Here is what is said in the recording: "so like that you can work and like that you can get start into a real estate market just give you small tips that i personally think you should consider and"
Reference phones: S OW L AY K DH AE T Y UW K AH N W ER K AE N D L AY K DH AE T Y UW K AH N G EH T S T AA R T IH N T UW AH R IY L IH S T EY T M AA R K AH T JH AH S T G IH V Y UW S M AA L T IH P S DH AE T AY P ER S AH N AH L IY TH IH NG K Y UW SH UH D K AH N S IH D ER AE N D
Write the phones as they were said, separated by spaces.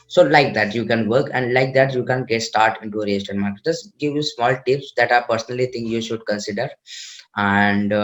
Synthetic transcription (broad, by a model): S OW L AY K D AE T Y UW K AH N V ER K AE N D L AY K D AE T Y UW K AH N G EH T S T AA R T IH N T UW AH R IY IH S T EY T M AA R K AH T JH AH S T G IH V Y UW S M AA L T IH P S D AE T AY P ER S AH N AH L IY T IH NG K Y UW SH UH D K AH N S IH D ER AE N D